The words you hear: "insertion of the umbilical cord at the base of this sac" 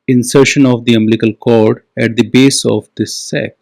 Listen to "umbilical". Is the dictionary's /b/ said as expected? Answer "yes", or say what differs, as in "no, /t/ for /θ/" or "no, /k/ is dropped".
no, /b/ is dropped